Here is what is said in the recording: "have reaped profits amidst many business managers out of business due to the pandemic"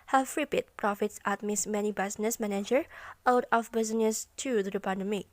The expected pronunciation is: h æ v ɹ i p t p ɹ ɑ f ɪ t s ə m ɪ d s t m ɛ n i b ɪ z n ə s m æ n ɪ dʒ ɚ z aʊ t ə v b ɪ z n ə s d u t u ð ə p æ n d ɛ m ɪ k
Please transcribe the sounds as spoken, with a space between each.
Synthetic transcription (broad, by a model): h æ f ɹ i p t p ɹ ɑ f ɪ t s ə m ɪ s m ɛ n i b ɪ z n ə s m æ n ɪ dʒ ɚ aʊ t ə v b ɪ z n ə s t u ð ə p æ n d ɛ m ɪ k